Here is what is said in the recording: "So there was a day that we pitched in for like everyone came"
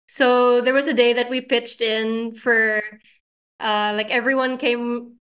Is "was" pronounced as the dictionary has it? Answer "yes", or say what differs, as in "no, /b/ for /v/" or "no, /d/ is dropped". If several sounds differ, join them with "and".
yes